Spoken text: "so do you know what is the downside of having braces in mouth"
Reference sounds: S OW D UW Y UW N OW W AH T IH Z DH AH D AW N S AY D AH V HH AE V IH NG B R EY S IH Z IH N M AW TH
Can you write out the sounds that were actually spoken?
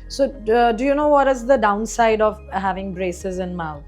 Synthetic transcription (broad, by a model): S OW D UW Y UW N OW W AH T IH Z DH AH D AW N S AY D AH V HH AE V IH NG B R EY S IH Z IH N M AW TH